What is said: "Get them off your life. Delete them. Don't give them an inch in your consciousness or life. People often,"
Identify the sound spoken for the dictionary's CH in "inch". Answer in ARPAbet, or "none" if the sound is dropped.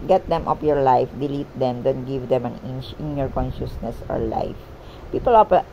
none